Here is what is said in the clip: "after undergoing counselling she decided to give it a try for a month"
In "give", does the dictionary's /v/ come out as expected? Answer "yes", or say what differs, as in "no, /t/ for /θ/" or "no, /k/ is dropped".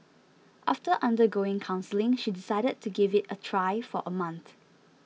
yes